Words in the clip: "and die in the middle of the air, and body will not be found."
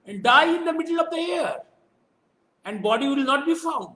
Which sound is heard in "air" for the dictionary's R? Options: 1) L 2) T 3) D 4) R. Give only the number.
4